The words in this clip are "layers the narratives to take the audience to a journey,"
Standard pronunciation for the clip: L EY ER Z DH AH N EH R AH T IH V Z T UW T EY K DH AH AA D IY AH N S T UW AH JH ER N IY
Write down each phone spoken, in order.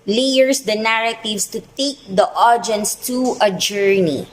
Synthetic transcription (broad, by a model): L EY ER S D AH N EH R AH T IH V S T UW T EY K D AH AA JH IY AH N S T UW AH JH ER N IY